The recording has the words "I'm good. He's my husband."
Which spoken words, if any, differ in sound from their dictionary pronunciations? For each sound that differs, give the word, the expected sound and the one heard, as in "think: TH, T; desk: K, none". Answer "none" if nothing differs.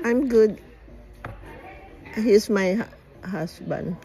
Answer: he's: Z, S